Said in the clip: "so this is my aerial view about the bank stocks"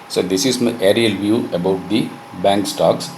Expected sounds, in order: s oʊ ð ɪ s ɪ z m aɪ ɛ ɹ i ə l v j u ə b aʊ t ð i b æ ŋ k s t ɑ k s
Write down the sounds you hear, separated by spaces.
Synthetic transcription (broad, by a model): s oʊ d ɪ s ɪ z m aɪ ɛ ɹ i ə l v j u ə b aʊ t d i b æ ŋ k s t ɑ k s